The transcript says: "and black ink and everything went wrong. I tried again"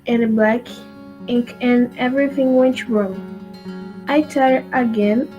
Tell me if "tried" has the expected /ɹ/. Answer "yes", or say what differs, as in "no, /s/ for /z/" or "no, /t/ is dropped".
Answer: no, /ɹ/ is dropped